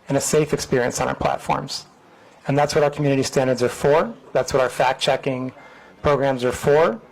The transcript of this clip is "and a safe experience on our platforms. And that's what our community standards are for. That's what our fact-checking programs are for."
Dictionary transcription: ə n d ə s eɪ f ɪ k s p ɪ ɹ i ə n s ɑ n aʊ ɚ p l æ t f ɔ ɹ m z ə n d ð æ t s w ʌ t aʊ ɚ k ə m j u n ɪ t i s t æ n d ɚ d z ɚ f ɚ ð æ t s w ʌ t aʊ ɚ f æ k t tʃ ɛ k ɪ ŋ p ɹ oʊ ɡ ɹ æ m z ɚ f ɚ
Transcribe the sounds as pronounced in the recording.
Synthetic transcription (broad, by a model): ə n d ə s eɪ f ɪ k s p ɪ ɹ i ə n s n aʊ ɚ p l æ t f ɔ ɹ m z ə n ð æ t s w ʌ t aʊ ɚ k m j u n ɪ t i s t æ n d ɚ d z ɚ f ɚ ð æ t s w ʌ t aʊ ɚ f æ k tʃ ɛ k ɪ ŋ p ɹ oʊ ɡ ɹ æ m z ɚ f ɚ